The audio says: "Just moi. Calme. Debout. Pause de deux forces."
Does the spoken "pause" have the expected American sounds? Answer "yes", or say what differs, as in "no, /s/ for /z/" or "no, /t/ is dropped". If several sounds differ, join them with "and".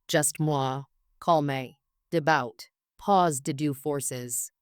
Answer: yes